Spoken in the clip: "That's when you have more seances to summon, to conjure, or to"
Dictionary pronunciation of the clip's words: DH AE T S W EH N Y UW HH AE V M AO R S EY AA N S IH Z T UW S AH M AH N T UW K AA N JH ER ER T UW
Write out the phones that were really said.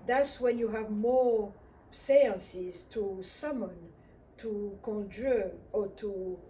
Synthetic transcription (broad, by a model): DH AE T S W EH N Y UW HH AE V M AO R S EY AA N S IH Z T UW S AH M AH N T UW K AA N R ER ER T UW